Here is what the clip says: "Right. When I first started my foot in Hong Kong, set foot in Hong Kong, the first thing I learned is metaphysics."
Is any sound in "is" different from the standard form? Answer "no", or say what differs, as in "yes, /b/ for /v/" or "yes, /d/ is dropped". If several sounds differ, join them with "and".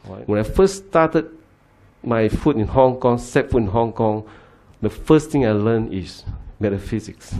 yes, /s/ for /z/